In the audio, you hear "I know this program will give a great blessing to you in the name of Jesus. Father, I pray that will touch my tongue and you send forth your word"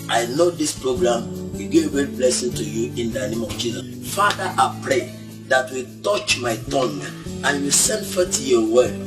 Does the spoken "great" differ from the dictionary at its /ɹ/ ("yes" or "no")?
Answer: yes